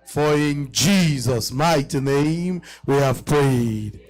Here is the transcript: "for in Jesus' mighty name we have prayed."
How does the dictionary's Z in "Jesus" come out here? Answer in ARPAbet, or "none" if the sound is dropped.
Z